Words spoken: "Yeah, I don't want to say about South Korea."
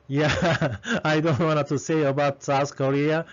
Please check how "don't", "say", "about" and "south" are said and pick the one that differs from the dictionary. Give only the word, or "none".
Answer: south